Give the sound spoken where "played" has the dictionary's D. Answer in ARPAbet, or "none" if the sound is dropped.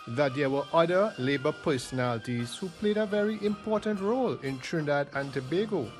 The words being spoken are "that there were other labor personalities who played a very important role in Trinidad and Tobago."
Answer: D